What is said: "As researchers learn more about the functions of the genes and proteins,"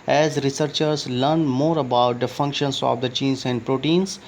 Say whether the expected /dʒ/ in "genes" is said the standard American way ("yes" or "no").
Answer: no